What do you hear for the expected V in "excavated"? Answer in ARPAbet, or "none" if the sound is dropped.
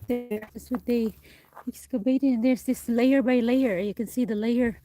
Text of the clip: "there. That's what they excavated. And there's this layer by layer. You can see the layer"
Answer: B